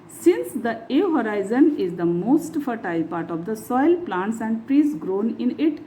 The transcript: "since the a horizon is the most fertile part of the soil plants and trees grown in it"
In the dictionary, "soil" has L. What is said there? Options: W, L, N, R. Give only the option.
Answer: L